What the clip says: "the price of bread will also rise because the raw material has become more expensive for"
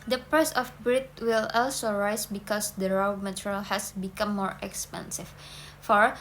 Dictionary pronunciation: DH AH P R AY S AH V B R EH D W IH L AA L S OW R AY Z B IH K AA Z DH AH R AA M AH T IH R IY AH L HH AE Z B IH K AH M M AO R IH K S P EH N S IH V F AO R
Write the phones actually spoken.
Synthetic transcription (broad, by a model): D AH P EH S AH F B R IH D W IH L AA L S OW R AY S B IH K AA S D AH R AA M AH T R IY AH L HH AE S B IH K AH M M AO R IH K S P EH N S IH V F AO R